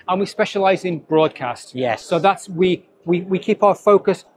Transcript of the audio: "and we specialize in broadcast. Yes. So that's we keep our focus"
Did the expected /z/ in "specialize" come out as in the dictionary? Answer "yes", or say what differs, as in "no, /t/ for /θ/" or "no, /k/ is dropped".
yes